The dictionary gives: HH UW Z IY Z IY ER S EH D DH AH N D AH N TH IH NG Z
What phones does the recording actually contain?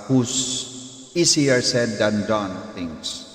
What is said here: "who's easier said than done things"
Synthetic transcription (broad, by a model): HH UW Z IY S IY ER S EH D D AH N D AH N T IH NG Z